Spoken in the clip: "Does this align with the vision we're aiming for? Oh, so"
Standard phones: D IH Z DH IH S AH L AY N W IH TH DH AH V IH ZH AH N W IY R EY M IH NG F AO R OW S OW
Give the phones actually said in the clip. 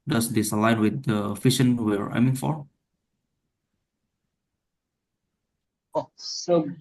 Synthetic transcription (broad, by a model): D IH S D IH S AH L AY N W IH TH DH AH F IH SH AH N W IY R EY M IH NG F AO R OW S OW